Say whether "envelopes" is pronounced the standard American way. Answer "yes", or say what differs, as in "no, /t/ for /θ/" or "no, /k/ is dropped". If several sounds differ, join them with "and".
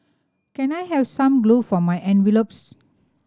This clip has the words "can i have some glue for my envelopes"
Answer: yes